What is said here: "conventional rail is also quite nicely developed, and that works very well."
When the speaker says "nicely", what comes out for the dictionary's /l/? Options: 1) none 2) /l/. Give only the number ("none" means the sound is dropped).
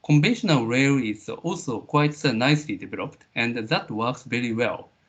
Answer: 2